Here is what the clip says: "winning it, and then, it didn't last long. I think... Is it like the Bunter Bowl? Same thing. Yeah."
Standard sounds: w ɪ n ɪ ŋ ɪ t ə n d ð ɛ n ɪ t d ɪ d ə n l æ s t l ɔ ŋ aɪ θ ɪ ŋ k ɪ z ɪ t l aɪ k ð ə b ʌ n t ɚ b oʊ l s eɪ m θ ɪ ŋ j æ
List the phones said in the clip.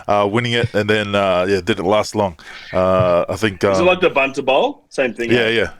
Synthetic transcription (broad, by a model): w ɪ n ɪ ŋ ɪ t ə n ð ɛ n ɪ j d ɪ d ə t l æ s t l ɔ ŋ aɪ θ ɪ ŋ k ɪ z ɪ t l aɪ k ð ə b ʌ n t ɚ b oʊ l s eɪ m θ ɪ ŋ j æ